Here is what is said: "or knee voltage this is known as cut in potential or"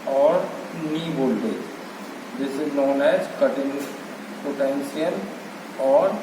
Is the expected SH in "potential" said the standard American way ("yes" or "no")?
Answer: no